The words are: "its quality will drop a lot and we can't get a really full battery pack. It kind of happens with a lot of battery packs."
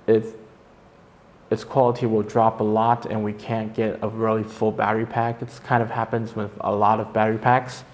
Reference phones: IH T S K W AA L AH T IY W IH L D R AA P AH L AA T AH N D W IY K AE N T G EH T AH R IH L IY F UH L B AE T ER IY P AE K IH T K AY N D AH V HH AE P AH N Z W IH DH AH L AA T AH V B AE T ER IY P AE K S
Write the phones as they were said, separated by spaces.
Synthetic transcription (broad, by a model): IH T S K W AA L AH T IY W IH L D R AA P AH L AA T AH N W IY K AE N G EH T AH R IH L IY F UH L B AE T ER IY P AE K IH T K AY N D AH V HH AE P AH N Z W IH DH AH L AA T AH V B AE T ER IY P AE K S